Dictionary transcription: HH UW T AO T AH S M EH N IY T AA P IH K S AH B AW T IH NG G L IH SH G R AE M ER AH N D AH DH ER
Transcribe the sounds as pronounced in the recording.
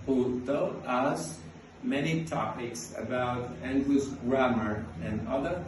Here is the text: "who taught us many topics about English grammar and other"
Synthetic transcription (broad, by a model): HH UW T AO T AH S M EH N IY T AA P IH K S AH B AW T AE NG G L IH S G R AE M ER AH N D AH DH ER